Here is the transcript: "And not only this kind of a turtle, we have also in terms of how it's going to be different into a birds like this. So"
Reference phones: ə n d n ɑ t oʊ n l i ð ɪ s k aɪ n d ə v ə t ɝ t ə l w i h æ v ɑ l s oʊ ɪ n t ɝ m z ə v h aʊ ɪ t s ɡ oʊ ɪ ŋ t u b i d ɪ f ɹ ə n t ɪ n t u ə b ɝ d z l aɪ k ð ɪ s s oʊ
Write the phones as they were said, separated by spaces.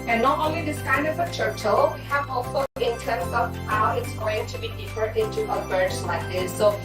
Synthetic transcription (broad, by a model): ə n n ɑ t oʊ n l i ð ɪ s k aɪ n d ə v ə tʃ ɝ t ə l w i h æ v ɑ l s oʊ ɪ n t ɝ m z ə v h aʊ ɪ t s ɡ oʊ ɪ ŋ t u b i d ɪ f ə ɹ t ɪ n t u ə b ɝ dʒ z l aɪ k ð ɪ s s oʊ